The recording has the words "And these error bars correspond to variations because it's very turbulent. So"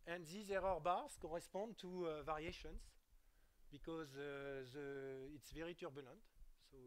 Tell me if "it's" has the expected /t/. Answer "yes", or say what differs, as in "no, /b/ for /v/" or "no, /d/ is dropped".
yes